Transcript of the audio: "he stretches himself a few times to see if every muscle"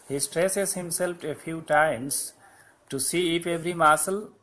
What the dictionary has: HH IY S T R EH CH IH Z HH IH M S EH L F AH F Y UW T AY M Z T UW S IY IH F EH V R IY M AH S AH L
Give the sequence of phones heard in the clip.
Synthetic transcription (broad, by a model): HH IY S T R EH S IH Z HH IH M S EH L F AH F Y UW T AY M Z T UW S IY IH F EH V R IY M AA S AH L